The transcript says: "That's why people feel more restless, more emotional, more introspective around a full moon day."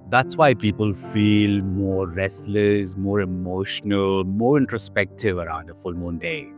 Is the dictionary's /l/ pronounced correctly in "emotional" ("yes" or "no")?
yes